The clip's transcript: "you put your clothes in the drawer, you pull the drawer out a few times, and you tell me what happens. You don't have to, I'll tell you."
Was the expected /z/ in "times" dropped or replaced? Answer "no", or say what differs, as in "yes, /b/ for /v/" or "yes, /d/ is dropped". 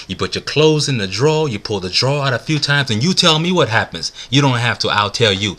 no